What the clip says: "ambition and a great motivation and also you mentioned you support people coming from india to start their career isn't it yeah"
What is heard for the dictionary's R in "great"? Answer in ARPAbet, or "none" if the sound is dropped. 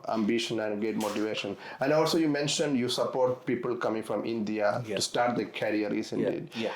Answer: none